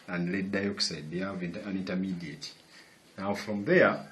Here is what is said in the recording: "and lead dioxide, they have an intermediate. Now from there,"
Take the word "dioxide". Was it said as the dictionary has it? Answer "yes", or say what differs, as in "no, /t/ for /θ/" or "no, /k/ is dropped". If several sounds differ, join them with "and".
yes